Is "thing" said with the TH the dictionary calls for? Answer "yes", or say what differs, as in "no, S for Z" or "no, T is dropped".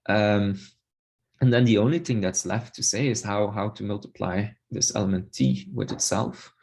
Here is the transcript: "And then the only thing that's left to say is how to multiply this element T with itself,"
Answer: yes